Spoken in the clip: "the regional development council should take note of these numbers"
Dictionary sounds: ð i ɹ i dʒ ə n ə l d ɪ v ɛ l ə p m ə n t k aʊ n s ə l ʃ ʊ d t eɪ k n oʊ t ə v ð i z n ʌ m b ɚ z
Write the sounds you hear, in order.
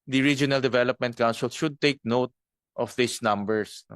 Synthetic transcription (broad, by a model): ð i ɹ i dʒ ə n ə l d ɪ v ɛ l ə p m ə n t k aʊ n s ə l ʃ ʊ d t eɪ k n oʊ t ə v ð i s n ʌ m b ɚ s